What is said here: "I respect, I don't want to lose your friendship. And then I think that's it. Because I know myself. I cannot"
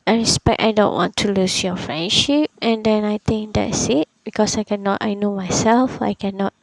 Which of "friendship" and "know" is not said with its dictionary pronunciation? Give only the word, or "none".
none